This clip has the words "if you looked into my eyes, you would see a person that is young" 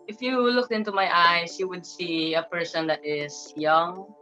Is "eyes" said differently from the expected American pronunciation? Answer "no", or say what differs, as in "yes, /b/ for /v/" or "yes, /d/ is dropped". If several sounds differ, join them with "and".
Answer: yes, /s/ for /z/